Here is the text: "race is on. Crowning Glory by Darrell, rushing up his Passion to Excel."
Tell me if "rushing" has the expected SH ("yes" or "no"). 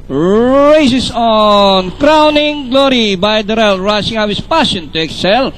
no